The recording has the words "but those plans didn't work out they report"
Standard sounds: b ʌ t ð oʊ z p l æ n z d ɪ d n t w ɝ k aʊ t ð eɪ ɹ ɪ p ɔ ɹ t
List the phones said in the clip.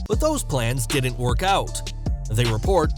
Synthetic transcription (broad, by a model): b ʌ t ð oʊ z p l æ n z d ɪ d n t w ɝ k aʊ t ð eɪ ɹ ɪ p ɔ ɹ t